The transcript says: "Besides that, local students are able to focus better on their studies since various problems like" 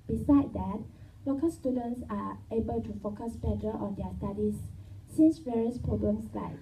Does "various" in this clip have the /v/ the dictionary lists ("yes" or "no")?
yes